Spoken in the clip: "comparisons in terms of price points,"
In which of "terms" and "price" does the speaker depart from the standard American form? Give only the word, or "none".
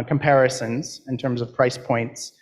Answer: none